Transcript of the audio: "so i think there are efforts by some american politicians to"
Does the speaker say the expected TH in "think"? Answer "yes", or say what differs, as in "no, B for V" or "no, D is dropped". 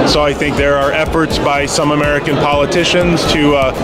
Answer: yes